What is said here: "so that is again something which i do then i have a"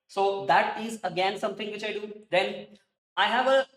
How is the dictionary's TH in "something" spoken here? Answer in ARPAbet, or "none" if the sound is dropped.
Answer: T